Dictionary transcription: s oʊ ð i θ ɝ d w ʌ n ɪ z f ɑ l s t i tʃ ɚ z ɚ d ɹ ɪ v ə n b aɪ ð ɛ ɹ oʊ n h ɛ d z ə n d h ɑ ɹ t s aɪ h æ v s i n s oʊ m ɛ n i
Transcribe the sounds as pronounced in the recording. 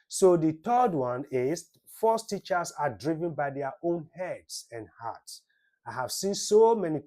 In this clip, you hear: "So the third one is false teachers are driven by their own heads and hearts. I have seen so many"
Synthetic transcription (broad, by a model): s oʊ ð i t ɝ d w ʌ n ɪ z f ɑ s t i tʃ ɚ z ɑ d ɹ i v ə n b aɪ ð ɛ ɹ oʊ n h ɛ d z ə n d h ɑ t s aɪ h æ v s i n s oʊ m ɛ n i